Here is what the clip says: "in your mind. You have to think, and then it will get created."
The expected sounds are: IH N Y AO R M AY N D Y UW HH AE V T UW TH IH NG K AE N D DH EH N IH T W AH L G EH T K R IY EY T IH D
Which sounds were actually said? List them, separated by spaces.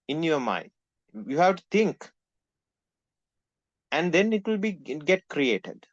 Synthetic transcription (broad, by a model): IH N Y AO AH M AY N D Y UW HH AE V T UW T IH NG K AE N D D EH N IH T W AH L G EH T K R IY EY T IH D